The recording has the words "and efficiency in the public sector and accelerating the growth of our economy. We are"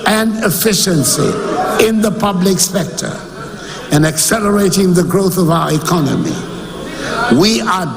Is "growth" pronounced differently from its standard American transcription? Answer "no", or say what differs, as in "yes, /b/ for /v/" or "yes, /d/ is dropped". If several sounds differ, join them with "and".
no